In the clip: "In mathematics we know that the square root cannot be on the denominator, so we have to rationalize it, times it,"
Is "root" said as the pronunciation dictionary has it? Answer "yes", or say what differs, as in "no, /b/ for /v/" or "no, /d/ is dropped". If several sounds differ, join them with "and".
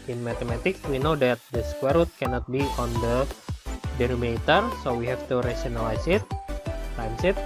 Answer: yes